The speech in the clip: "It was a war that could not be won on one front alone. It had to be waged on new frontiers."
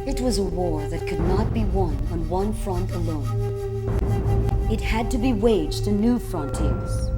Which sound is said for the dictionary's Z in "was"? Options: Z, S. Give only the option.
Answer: Z